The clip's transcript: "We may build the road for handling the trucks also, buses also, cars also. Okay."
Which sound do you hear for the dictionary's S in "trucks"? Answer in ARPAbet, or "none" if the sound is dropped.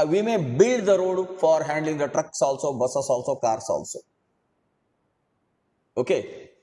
S